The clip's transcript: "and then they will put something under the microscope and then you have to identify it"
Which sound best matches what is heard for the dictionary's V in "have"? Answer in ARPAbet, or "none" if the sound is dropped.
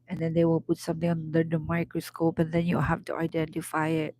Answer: F